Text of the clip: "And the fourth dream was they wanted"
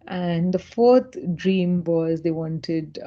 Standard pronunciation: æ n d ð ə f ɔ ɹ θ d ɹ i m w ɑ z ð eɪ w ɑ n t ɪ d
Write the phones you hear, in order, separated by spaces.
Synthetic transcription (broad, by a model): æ n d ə f ɔ ɹ t d ɹ i m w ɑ z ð eɪ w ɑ n t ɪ d